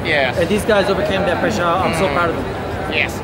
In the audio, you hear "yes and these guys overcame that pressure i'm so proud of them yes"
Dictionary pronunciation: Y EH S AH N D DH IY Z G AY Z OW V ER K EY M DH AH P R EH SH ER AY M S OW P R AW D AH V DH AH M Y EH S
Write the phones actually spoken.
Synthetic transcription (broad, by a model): Y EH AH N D DH IY Z G AY Z OW V ER K EY M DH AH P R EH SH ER AY M S OW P AW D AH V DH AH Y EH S